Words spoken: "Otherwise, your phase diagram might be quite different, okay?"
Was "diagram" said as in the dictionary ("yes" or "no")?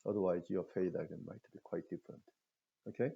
no